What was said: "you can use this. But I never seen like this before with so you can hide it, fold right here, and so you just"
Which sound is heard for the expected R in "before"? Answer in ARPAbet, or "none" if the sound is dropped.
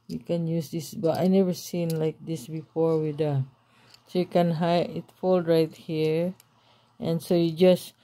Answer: R